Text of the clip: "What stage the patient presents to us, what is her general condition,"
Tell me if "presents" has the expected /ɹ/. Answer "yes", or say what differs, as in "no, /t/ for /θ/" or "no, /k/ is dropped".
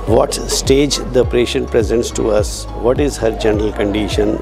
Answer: yes